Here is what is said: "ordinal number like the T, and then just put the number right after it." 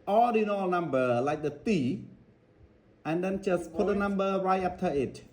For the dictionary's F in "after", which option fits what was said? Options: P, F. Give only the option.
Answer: P